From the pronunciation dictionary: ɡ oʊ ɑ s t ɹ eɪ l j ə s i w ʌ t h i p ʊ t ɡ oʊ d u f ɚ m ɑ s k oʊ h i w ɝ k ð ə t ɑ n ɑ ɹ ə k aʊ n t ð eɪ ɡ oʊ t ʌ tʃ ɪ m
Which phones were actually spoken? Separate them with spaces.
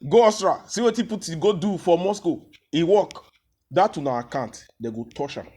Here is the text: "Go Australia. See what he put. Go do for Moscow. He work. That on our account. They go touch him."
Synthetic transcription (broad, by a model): ɡ oʊ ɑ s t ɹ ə s i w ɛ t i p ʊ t ɡ oʊ d u f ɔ m ɑ s k oʊ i w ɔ k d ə t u n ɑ w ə k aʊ n t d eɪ ɡ oʊ t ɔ ʃ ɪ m